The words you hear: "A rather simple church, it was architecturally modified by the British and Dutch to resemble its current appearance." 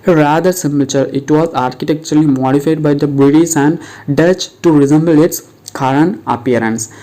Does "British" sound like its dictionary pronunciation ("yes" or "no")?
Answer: no